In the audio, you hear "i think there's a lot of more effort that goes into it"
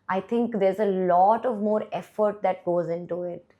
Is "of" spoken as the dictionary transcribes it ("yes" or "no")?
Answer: yes